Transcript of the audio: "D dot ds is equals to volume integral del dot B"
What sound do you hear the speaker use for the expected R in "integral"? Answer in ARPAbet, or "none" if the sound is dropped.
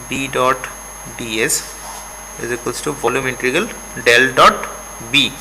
none